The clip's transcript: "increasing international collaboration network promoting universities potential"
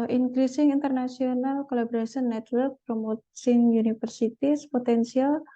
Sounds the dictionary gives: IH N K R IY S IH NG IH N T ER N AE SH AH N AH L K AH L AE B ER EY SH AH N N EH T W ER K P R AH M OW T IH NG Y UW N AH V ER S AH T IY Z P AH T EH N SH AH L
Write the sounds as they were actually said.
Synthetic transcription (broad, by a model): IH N K R IY S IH NG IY N T ER N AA S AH N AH L K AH L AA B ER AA S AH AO N EH T W ER K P R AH M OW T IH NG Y UW N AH F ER S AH T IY S P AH T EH N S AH L